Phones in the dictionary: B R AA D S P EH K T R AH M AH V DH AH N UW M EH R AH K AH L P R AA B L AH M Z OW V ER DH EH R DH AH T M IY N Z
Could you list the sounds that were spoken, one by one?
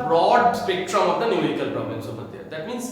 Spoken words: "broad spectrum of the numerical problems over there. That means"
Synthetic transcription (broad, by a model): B R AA D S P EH K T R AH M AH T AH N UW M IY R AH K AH L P R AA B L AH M S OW B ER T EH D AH T M IY N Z